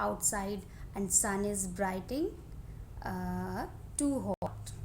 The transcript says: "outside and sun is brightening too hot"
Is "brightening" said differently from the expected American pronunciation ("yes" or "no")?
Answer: yes